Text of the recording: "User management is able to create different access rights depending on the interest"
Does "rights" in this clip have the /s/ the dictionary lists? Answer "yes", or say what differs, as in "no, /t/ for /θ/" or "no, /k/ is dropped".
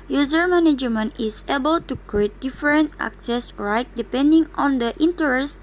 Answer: no, /s/ is dropped